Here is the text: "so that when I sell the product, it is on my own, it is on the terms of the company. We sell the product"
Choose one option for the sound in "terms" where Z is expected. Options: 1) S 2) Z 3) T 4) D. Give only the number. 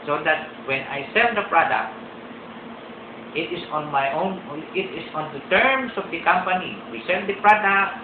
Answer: 1